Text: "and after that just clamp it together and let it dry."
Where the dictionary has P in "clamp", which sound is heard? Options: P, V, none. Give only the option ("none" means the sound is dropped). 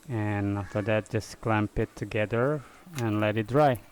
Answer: P